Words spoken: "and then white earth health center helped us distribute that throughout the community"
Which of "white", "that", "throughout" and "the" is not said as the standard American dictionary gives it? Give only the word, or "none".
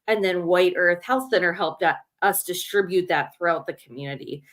none